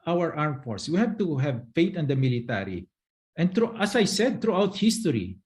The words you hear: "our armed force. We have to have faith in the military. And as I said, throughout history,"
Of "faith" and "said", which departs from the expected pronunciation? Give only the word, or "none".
faith